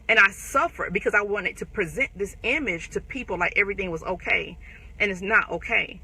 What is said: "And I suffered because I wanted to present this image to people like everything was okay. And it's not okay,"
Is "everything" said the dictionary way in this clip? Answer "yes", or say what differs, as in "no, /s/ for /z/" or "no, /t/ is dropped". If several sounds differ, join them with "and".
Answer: yes